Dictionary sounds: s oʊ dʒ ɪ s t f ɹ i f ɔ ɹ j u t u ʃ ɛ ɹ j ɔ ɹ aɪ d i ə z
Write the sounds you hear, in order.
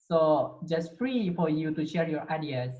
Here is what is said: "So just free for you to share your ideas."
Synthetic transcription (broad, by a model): s oʊ dʒ ɪ s t f ɹ i f ɔ ɹ j u t u ʃ ɛ ɹ j ɔ ɹ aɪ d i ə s